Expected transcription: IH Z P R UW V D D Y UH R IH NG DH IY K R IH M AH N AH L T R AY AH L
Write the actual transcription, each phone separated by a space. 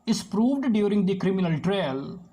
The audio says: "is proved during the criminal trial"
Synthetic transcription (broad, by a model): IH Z P R UW V D D Y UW R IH NG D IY K R IH M AH N AH L T R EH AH L